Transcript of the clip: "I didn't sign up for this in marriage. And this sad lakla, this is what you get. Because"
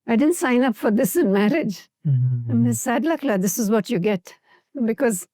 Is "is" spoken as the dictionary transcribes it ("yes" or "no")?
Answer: yes